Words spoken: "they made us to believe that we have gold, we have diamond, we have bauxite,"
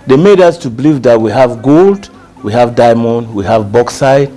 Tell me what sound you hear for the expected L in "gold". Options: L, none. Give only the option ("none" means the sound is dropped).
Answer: L